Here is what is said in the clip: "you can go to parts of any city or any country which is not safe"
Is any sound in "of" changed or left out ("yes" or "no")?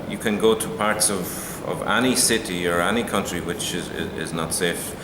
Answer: no